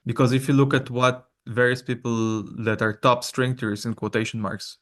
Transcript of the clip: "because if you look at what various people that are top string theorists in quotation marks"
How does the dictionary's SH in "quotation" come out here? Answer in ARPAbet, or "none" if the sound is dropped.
SH